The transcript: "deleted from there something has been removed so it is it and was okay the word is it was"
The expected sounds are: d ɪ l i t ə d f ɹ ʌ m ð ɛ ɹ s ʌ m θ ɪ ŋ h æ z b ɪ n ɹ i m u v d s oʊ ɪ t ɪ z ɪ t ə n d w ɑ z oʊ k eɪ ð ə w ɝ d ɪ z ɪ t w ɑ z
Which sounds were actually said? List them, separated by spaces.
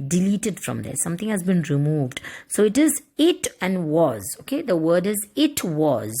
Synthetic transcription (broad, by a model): d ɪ l i t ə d f ɹ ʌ m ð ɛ s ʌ m t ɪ ŋ h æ z b ɪ n ɹ i m u v d s oʊ ɪ t ɪ z ɪ t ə n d w ɑ z oʊ k eɪ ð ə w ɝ d ɪ z ɪ t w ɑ z